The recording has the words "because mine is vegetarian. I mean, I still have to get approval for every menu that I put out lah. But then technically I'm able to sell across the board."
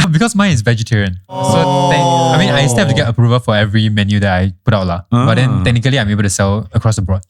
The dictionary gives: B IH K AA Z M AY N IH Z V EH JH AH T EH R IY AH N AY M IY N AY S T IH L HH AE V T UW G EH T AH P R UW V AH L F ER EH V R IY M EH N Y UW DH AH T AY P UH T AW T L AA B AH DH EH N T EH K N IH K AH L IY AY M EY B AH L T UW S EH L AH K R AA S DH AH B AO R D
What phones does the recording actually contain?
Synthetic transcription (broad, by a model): B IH K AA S M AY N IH S V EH JH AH T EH R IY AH N AY M IY N AY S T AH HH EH P T UW G EH T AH P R UW V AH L F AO EH V R IY M EH N Y UW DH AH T AY P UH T AW T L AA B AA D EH N T EH K N IH K AH L IY AY M EY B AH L T UW S EH L AH K R AA S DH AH B AO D